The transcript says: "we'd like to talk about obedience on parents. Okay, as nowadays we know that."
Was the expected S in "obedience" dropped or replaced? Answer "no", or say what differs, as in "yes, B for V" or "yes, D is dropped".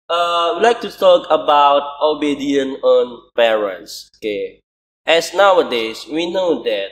yes, S is dropped